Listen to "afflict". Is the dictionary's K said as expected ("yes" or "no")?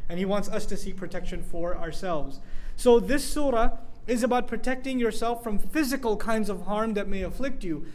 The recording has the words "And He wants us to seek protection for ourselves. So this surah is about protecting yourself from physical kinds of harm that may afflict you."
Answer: yes